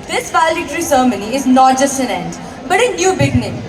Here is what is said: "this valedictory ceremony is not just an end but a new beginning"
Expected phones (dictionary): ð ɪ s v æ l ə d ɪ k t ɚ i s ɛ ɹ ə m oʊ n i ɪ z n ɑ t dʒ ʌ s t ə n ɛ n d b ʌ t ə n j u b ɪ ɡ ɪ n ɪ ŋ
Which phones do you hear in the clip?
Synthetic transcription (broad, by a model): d ɪ s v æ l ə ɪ t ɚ i s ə m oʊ n i ɪ z n ɑ t dʒ ʌ s t ə n ɛ n d b ʌ t ə n j u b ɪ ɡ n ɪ